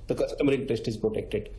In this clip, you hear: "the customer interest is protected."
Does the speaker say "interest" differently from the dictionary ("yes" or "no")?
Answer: yes